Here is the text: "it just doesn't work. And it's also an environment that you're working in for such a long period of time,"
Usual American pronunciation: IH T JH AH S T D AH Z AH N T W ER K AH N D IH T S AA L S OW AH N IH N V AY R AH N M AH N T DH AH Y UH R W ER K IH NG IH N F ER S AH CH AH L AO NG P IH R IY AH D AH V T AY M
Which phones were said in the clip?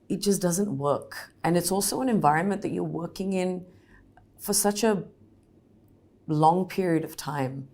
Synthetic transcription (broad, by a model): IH T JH AH S D AH Z AH N T W ER K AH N IH T S AA L S OW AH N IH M V AY R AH N M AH N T DH AH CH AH R W ER K IH NG IH N F ER S AH CH AH L AO NG P IH R IY AH D AH V T AY M